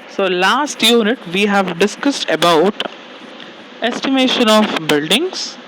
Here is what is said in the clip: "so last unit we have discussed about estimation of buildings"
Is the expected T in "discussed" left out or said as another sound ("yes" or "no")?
no